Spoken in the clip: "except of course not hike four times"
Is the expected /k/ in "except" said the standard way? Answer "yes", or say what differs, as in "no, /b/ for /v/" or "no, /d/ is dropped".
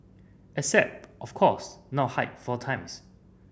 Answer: no, /k/ is dropped